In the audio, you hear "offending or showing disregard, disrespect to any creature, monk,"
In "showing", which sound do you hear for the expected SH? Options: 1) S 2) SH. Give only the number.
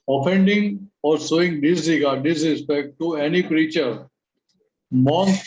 1